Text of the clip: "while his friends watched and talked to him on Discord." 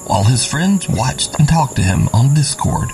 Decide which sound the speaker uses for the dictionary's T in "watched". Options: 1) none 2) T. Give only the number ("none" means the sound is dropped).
2